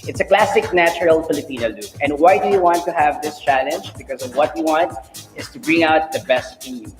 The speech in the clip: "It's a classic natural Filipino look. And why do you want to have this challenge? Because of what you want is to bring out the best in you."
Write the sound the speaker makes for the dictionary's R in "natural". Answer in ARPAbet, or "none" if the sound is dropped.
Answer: R